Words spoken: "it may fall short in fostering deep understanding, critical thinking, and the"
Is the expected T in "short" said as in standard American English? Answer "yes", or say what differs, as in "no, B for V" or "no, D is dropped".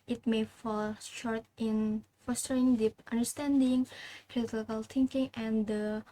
yes